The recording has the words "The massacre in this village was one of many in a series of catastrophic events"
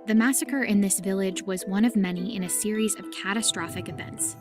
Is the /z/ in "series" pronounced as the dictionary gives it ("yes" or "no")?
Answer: yes